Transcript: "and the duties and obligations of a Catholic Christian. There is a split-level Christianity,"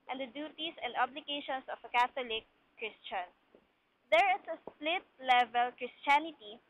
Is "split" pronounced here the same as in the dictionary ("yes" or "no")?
yes